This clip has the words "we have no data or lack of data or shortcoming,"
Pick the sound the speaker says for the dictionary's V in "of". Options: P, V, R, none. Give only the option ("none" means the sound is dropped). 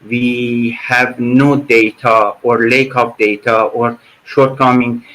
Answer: P